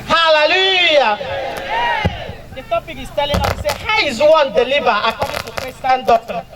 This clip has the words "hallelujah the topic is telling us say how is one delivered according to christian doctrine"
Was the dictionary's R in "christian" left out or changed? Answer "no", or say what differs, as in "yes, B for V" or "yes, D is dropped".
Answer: yes, R is dropped